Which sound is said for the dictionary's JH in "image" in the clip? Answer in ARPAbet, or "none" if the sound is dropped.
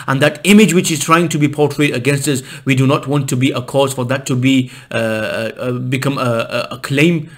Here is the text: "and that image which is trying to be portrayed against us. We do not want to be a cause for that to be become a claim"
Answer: JH